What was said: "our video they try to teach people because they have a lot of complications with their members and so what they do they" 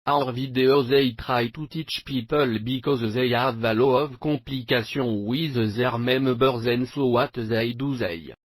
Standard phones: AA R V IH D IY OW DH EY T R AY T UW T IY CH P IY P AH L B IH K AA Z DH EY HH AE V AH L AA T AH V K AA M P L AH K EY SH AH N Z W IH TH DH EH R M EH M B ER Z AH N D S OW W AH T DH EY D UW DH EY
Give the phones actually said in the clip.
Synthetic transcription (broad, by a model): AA R V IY D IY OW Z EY T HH AY T UW T IY CH P IY P AH L B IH K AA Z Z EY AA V AH L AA AH V K AA P L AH K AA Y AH W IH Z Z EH R M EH M B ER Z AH N S OW W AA T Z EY D UW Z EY